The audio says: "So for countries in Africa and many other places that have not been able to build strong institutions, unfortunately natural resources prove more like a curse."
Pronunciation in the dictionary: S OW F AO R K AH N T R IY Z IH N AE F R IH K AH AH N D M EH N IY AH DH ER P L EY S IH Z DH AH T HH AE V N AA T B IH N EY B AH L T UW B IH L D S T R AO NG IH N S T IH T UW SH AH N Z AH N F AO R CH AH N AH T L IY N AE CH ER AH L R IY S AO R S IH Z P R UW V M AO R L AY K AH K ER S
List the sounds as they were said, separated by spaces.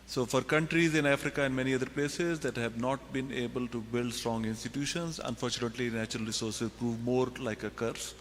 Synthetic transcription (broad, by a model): S OW F AO R K AH N T R IY Z IH N AE F R IH K AH AH N D M EH N IY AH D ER P L EY S IH Z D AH T HH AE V N AA T B IH N EY B AH L T UW B IH L D S T R AO NG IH N S T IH T UW SH AH N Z AH N F AO R CH AH N AH T L IY N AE CH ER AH L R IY S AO R S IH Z P R UW V M AO R L AY K AH K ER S